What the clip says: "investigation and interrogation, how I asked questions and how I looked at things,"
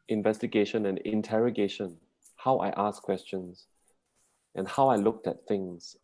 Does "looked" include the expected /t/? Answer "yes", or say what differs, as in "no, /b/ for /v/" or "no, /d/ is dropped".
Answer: yes